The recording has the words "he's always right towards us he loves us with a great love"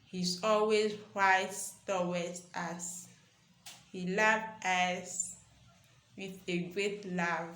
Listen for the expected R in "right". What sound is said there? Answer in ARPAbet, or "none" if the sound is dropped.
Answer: W